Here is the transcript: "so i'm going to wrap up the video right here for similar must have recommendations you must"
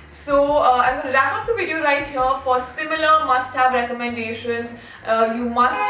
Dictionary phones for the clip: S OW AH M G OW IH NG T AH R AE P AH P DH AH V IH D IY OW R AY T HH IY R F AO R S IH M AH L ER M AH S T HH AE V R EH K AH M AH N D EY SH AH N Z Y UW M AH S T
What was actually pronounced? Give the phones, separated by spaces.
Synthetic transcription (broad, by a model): S OW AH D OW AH L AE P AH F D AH V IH D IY OW R AY T HH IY R F AO R S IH M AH L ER M AH S T HH AE V R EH K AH M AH N D EY SH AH N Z Y UW M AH S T